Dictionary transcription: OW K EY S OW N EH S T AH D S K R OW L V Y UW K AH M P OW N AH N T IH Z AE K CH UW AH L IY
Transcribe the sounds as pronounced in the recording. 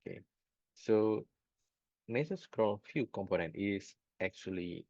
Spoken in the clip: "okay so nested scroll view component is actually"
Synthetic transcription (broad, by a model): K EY S OW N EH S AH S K R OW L F Y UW K AH M P OW N AH N T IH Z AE K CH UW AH L IY